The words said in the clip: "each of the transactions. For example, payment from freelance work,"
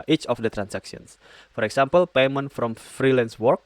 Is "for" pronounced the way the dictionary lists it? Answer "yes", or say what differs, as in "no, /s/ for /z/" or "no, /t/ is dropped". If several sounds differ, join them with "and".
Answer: yes